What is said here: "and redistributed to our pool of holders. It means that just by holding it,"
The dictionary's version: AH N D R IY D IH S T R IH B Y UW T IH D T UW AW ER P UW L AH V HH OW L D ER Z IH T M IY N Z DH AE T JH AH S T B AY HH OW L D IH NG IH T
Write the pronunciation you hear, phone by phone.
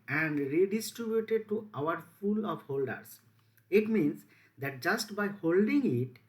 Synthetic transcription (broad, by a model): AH N D R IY D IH S T R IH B Y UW T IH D T UW AW ER F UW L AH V HH OW L D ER S IH T M IY N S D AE T JH AH S T B AY HH OW L D IH NG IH T